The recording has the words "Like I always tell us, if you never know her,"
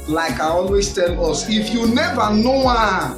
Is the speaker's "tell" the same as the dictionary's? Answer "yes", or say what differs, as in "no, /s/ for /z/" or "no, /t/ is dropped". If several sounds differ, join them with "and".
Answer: yes